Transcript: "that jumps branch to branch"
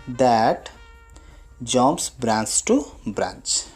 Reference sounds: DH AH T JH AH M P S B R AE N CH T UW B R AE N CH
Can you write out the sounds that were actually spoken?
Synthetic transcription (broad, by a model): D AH T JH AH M S B R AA N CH T UW B R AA N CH